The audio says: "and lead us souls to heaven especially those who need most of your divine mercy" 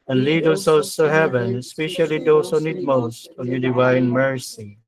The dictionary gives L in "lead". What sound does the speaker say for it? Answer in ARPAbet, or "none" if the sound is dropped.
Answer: L